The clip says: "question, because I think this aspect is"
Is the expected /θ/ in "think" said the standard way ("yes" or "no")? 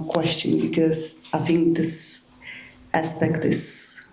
yes